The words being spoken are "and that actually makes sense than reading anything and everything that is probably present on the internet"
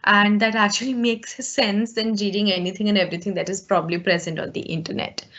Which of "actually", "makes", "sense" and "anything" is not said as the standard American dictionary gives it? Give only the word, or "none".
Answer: anything